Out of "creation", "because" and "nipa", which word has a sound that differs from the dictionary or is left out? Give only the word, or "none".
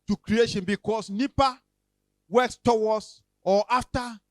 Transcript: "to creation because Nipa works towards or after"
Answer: because